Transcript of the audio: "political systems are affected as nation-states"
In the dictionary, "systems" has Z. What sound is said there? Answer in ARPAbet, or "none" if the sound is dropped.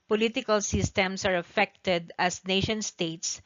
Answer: S